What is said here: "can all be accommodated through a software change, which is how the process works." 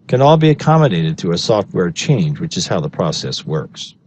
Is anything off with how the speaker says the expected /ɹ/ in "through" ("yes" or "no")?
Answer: yes